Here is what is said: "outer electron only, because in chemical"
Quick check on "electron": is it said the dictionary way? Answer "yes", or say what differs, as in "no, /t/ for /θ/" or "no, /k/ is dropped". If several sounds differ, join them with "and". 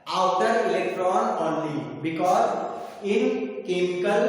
yes